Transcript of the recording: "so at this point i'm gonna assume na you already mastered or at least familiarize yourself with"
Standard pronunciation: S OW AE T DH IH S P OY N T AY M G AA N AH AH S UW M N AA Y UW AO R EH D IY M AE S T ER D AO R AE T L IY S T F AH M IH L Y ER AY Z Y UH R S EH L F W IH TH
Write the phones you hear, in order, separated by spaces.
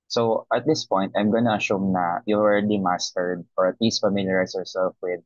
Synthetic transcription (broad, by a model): S OW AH T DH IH S P OY N T AY M G AA N AH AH SH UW M N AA Y UW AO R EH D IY M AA S T ER D AO R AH T L IY S T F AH M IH L Y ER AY S Y UH R S EH L F W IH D